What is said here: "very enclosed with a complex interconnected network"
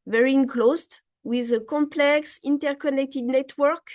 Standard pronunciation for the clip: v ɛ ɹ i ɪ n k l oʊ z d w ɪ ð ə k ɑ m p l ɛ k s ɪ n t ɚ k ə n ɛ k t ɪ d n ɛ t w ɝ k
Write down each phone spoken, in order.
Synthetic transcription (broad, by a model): v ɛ ɹ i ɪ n k l oʊ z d w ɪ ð ə k ɑ m p l ɛ k s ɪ n t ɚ k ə n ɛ k t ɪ d n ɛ t w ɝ k